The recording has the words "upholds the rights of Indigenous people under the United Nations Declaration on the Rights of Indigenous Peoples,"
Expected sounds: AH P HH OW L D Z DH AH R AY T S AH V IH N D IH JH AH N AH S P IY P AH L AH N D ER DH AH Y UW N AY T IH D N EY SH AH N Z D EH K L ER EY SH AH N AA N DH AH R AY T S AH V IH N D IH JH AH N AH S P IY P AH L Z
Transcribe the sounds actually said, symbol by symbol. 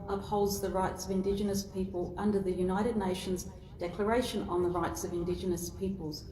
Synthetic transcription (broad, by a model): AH P HH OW L D Z DH AH R AY T S AH V IH N D IH JH AH N AH S P IY P AH L AH N D ER DH AH Y UW N AY T IH D N EY SH AH N Z D EH K L ER EY SH AH N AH N DH AH R AY T S AH V IH N D IH JH AH N AH S P IY P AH L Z